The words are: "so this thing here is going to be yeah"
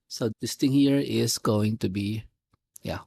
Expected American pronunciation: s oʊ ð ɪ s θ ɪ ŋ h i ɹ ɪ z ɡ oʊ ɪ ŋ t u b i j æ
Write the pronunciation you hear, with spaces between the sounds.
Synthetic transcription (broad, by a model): s oʊ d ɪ s t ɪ ŋ h i ɹ ɪ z ɡ oʊ ɪ ŋ t u b i j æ